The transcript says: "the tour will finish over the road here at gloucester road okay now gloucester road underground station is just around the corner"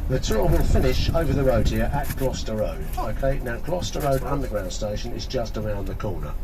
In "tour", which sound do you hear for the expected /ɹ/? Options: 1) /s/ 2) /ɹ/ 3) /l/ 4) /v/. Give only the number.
3